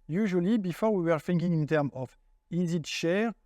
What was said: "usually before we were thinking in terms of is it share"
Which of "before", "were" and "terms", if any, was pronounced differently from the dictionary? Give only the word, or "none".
terms